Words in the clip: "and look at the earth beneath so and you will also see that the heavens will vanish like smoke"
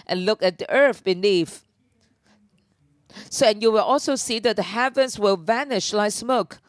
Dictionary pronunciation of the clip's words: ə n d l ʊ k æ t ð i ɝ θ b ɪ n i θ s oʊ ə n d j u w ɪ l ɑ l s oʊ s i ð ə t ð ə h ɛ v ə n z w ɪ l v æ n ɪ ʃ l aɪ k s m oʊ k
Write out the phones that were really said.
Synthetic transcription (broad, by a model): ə n l ʊ k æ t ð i ɝ θ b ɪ n i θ s oʊ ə n j u w ɪ l ɑ l s oʊ s i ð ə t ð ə h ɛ v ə n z w ɪ l v æ n ɪ ʃ l aɪ k s m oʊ k